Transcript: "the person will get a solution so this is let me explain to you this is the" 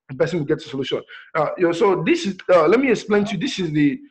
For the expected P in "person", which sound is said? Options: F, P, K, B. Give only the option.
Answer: B